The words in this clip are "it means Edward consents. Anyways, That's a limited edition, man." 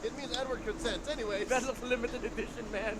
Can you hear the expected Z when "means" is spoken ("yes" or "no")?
yes